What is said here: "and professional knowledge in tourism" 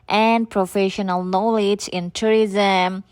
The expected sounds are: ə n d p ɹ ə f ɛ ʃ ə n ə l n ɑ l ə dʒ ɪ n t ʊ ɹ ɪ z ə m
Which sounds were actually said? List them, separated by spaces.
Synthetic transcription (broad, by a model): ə n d p ɹ ə f ɛ ʃ ə n ə l n ɑ l ə dʒ ɪ n t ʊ ɹ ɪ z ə m